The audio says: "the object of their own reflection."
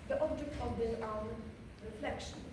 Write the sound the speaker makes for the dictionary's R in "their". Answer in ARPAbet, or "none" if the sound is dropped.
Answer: L